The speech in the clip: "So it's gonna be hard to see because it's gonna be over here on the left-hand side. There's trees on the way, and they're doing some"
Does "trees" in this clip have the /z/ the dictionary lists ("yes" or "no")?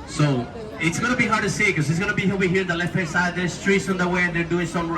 no